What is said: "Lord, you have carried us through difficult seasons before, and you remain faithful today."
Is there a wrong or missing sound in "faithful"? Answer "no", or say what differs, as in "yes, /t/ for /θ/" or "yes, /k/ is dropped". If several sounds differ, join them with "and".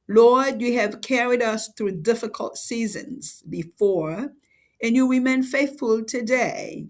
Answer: no